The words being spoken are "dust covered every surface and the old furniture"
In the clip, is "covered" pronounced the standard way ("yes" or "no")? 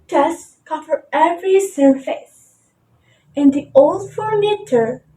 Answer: no